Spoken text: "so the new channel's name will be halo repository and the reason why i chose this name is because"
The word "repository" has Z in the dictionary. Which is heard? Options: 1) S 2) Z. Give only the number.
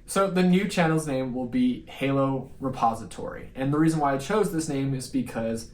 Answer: 2